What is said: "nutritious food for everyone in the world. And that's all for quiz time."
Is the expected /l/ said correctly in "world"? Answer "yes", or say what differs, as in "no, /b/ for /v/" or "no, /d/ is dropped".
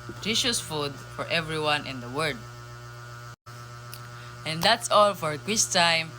no, /l/ is dropped